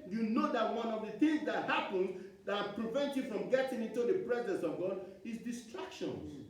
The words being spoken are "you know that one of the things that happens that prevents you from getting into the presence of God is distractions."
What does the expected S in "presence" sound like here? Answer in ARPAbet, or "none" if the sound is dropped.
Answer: S